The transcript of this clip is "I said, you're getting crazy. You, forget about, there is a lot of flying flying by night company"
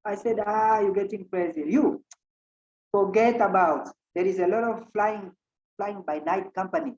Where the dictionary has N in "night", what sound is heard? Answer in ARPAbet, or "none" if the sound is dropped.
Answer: N